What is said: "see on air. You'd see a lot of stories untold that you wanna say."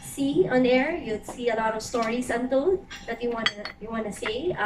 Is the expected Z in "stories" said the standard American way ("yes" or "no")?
no